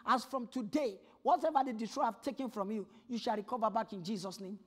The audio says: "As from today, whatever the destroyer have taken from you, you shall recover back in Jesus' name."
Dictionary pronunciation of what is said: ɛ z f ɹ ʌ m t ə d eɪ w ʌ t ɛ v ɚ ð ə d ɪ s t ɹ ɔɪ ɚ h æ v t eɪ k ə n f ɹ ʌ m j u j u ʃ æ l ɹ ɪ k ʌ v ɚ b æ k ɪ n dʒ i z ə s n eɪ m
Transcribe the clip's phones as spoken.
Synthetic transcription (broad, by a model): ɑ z f ɹ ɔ m t ə d eɪ w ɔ t ɛ v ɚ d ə d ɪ t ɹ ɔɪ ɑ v t eɪ k ə n f ɹ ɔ m j u j u ʃ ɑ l ɹ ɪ k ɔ v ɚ b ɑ k ɪ n dʒ i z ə s n eɪ m